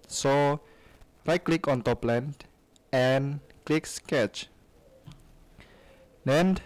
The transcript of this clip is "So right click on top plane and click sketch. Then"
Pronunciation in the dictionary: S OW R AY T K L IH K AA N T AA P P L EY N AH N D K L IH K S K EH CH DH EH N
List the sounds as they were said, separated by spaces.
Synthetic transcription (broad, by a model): S OW R AY T K L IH K AA N T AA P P L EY N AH N K L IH K S K EH CH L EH N